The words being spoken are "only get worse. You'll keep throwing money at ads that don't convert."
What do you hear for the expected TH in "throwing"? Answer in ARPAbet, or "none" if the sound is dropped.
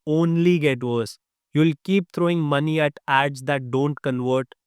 T